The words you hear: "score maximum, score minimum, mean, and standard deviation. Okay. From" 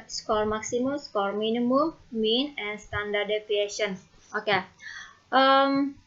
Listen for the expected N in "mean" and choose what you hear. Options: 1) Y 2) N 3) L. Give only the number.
2